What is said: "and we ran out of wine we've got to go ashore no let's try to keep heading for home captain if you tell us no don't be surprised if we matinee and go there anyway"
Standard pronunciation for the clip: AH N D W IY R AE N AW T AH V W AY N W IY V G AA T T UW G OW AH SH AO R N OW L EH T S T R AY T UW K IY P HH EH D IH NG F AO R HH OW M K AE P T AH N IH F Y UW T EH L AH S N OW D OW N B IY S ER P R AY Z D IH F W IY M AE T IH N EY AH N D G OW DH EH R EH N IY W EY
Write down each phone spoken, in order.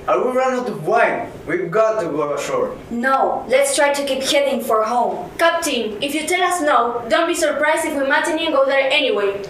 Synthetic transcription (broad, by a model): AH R W IY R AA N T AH B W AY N W IY V G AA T T UW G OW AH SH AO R N OW L EH T S T R AY T UW K IY P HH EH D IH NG F AO R HH OW M K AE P T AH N IH F Y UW T EH L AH S N OW D OW N B IY S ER P R AY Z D IH F W IY M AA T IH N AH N G OW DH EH R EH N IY W EY